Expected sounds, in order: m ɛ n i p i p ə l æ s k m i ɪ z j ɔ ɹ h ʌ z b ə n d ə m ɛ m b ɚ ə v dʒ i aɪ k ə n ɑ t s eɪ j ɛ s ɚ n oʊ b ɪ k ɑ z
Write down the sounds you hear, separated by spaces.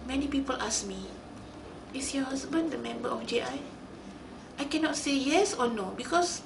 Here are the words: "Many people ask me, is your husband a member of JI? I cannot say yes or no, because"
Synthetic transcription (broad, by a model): m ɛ n i p i p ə l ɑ s m i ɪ s j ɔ h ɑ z b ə n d ə m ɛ m b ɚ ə f dʒ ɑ aɪ k ə n ɑ t s eɪ j ɛ s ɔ n oʊ b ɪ k ɑ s